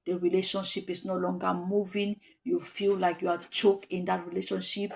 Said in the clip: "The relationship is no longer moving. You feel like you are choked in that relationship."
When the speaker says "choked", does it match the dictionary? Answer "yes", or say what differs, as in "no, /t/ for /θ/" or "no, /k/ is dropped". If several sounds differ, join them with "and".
no, /t/ is dropped